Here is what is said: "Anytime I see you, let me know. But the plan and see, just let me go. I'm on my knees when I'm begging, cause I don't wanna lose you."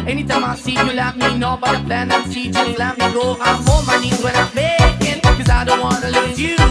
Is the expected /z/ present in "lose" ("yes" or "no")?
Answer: no